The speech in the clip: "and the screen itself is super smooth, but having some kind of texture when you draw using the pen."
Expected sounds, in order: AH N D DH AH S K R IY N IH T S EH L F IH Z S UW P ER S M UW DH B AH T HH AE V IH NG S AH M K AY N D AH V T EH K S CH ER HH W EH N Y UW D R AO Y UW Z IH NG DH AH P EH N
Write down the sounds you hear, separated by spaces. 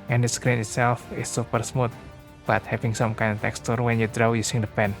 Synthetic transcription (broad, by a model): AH N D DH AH S K R IY N IH T S EH L F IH S UW P ER S M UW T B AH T HH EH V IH NG S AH M K AY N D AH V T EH K S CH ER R W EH N Y UW D R AO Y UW S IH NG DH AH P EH N